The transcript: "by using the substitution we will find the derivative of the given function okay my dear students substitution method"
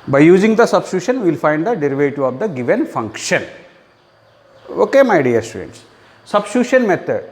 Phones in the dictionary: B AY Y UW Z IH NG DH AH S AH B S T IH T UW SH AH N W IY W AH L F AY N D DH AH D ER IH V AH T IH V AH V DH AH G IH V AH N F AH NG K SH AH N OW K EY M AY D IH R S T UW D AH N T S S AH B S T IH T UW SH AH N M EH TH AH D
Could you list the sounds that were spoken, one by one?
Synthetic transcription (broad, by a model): B AY Y UW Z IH NG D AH S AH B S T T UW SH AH N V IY L F AY N D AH D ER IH V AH T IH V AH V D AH G IH V AH N F AH NG K SH AH N OW K EY M AY D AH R S T UW D AH N T S S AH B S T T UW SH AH N M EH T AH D